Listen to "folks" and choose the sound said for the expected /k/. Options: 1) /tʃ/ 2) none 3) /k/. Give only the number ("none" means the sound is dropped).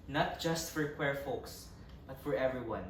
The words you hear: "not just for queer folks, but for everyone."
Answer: 3